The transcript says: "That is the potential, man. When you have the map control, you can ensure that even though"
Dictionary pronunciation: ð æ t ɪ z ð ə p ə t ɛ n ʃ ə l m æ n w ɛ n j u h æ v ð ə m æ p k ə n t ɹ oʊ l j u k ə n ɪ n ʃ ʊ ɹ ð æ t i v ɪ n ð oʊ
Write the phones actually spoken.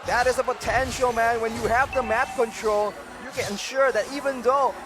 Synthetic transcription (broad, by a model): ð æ t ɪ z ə p ə t ɛ n ʃ ə l m æ n w ɛ n j u h æ v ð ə m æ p k ə n t ɹ oʊ l j u k ə n ɪ n ʃ ʊ ɹ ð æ t i v ɪ n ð oʊ